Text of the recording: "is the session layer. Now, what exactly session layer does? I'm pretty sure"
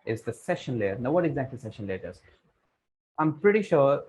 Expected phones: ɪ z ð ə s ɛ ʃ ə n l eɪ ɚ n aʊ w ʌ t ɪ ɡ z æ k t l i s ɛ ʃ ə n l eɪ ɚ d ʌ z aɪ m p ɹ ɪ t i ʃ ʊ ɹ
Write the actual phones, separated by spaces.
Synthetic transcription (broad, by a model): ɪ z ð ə s ɛ ʃ ə n l eɪ ɚ n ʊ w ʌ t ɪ ɡ z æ k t i s ɛ ʃ ə n l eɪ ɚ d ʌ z aɪ m p ɹ ɪ t i ʃ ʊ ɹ